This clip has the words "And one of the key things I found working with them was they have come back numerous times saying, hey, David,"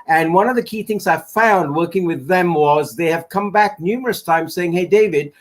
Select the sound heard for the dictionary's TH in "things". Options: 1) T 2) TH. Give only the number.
2